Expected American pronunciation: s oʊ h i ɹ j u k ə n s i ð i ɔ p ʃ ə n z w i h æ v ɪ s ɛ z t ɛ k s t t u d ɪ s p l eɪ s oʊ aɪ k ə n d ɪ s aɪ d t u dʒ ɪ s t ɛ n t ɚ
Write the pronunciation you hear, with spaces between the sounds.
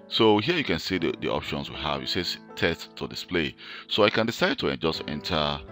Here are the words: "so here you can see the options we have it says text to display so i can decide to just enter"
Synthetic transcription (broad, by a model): s oʊ h i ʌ j u k ə n s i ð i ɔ p ʃ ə n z w i h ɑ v ɪ s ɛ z t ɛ s t t u d ɪ s p l eɪ s oʊ aɪ k ə n d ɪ s aɪ d t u dʒ ɪ s t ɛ n t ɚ